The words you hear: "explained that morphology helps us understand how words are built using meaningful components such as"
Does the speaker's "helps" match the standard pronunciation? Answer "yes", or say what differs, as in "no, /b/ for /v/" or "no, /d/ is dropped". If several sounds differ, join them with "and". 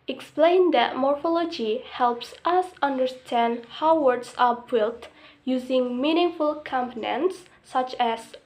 yes